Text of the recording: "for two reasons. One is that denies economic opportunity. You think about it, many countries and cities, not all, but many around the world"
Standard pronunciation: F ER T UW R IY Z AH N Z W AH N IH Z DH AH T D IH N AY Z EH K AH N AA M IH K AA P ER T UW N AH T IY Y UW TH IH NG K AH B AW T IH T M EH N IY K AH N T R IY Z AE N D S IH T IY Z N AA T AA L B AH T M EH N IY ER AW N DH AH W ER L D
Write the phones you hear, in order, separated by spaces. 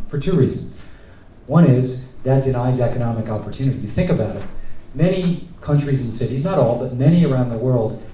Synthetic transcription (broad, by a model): F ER T UW R IY Z AH N Z W AH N IH Z DH AH T D IH N AY Z EH K AH N AA M IH K AA P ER T UW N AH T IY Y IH TH IH NG K AH B AW T IH T M EH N IY K AH N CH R IY Z N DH S IH T IY Z N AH T AA L B AH T M EH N IY ER AW N DH AH W ER L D